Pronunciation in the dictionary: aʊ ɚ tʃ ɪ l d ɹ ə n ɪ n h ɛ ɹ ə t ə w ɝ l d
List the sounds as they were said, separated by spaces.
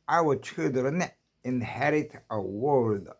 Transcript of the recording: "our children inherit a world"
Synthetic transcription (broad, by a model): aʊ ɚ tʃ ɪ d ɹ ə n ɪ n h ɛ ɹ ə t ə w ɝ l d